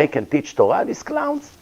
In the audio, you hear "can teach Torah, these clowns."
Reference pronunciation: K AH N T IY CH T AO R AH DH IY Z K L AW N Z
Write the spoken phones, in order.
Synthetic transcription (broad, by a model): K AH N T IY CH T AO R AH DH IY S K L AW N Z